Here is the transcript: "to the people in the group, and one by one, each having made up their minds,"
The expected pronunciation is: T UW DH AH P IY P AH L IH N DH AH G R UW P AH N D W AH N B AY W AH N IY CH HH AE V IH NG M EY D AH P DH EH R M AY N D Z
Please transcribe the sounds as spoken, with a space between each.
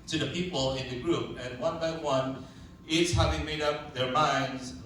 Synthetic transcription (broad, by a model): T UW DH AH P IY P AH L IH N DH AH G R UW P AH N W AH N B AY W AH N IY S HH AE V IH NG M EY D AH P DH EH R M AY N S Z